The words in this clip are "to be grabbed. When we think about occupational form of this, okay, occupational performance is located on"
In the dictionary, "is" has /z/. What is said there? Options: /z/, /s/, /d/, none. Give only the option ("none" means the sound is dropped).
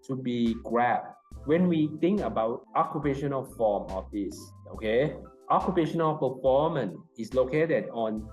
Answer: /s/